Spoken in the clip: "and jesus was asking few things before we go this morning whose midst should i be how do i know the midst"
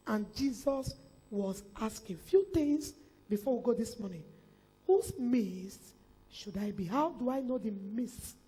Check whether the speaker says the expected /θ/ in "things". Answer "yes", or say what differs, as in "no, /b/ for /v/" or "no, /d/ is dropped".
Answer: no, /t/ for /θ/